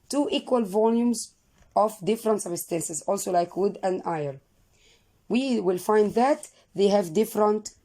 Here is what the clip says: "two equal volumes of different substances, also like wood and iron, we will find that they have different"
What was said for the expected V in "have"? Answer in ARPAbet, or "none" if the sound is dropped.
V